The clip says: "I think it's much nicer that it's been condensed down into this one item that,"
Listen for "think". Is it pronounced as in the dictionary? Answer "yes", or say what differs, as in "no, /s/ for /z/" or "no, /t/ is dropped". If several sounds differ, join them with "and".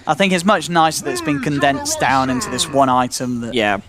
yes